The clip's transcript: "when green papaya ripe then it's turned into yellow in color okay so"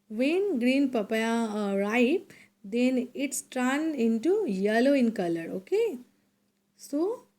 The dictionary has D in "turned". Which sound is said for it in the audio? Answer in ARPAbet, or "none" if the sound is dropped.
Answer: none